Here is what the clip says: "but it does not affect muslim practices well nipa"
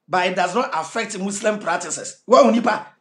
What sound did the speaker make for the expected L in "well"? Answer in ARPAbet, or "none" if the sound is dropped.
W